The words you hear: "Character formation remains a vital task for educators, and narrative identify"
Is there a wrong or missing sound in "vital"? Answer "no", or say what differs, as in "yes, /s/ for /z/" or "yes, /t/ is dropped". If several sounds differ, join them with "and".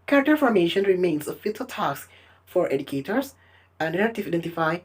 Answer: yes, /f/ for /v/